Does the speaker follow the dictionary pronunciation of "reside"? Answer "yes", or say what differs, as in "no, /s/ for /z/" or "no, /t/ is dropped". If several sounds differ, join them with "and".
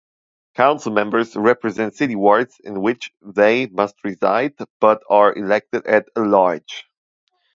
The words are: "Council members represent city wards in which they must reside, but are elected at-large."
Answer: yes